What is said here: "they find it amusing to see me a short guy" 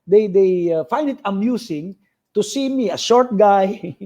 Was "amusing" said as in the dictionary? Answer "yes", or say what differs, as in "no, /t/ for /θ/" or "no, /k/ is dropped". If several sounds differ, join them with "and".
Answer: no, /s/ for /z/